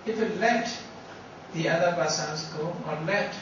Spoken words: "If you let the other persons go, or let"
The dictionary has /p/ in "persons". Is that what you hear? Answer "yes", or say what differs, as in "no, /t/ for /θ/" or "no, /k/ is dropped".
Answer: no, /b/ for /p/